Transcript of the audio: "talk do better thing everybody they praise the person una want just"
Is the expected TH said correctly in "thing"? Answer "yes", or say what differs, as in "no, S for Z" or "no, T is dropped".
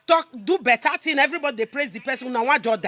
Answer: no, T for TH